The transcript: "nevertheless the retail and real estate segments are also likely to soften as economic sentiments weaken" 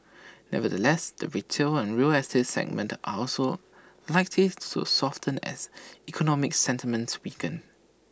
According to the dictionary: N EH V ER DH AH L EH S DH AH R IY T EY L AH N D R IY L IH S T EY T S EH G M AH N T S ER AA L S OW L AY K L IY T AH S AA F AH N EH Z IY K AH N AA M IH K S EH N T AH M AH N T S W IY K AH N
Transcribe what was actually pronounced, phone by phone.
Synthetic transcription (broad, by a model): N EH V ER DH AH L EH S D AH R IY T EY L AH N R IY L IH S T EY S EH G M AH N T ER AA L S OW L AY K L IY S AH S AA F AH N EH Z IY K AH N AA M IH K S EH N T AH M AH N T S W IY K AH N